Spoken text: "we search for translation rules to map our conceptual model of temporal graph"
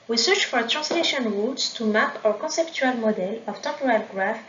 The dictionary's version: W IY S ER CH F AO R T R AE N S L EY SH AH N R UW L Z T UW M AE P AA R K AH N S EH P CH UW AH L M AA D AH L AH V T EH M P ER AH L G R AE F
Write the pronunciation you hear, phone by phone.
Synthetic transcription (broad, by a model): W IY S ER CH F AO R T R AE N S L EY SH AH N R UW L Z T UW M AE P AA R K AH S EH P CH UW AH L M AA D AH L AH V T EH P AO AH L G R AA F